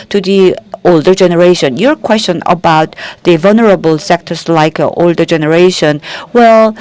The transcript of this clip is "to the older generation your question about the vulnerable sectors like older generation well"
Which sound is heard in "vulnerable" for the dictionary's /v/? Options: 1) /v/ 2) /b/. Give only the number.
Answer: 1